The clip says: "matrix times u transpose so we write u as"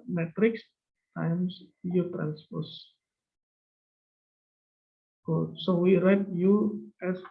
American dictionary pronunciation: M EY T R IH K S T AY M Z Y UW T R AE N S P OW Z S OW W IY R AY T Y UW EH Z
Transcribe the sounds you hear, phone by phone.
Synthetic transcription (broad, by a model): M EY T R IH K S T AY M S Y UW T R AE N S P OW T S OW W IY R AY T Y UW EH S